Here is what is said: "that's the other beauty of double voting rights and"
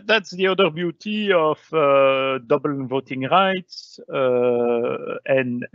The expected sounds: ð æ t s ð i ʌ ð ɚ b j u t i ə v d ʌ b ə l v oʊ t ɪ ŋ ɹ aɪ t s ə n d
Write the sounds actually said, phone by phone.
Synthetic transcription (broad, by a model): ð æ t s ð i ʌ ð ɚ b j u t i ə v d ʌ b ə l v oʊ t ɪ ŋ ɹ aɪ t s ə n